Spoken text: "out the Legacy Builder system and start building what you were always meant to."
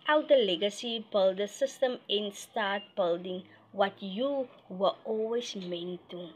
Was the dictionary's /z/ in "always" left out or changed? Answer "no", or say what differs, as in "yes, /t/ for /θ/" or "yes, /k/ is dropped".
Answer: yes, /s/ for /z/